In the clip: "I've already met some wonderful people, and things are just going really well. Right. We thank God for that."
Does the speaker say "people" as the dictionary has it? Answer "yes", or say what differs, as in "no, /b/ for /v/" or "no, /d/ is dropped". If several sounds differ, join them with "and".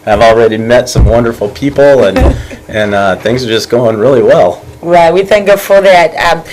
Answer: no, /n/ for /l/